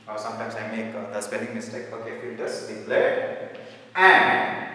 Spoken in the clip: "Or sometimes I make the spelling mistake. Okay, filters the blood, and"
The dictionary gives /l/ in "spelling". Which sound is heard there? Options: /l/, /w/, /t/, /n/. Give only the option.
/n/